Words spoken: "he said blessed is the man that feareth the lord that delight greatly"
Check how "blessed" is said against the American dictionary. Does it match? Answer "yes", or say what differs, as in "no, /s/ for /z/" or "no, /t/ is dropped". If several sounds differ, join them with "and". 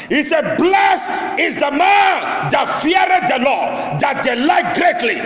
no, /t/ is dropped